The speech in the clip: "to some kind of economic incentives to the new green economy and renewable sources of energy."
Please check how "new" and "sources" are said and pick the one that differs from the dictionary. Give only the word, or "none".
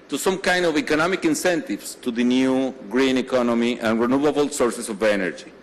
sources